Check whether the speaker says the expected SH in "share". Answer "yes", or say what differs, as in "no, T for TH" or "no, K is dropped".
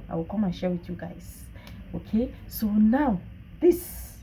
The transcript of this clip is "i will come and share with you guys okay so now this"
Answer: yes